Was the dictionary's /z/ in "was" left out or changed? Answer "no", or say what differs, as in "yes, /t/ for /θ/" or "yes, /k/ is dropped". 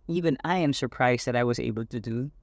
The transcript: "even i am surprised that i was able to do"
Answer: no